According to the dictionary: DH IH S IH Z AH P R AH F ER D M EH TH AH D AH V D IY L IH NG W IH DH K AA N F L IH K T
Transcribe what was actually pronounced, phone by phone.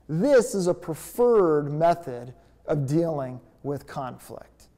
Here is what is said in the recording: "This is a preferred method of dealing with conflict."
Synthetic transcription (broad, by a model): DH IH S IH Z AH P R AH F ER D M EH TH AH D AH V D IY L IH NG W IH DH K AA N F L IH K T